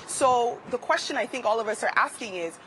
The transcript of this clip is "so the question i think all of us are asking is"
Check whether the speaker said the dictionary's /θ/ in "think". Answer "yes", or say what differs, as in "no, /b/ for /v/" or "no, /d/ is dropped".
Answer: yes